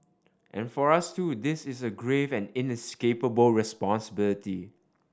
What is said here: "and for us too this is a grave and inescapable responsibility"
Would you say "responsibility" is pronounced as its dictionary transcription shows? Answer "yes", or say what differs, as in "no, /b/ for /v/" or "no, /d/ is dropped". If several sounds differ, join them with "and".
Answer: yes